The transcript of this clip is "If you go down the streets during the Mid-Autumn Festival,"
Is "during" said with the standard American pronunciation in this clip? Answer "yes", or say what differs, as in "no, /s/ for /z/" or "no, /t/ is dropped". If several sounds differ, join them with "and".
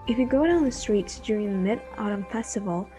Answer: yes